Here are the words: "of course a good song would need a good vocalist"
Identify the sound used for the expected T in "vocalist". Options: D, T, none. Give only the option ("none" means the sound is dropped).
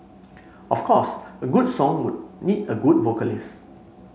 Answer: none